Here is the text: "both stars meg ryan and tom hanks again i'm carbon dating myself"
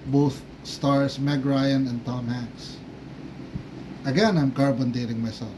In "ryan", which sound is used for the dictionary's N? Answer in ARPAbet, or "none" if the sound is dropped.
N